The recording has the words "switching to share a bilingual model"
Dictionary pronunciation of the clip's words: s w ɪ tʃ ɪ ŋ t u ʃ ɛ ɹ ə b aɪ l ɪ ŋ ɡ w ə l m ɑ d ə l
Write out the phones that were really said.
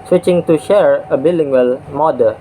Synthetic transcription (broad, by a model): s w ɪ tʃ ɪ ŋ t u ʃ ɛ ɹ ə b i l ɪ ŋ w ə l m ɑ d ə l